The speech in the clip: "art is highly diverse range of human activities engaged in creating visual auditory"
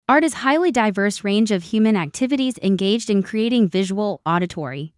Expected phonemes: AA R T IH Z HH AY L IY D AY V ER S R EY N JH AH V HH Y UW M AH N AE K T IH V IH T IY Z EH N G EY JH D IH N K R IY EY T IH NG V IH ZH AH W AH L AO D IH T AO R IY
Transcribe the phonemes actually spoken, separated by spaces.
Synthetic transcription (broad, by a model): AA R T IH Z HH AY L IY D AY V ER S R EY N JH AH V HH Y UW M AH N AE K T IH V IH T IY Z EH N G EY JH D IH N K R IY EY T IH NG V IH ZH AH W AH L AO D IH T AO R IY